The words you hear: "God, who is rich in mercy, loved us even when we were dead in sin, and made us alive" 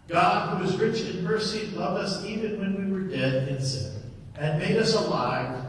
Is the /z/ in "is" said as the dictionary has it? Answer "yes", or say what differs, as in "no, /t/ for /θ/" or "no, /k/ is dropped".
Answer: yes